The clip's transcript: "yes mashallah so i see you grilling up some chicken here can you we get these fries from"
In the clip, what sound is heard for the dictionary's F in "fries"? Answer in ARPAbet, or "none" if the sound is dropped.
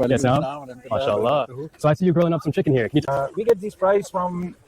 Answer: P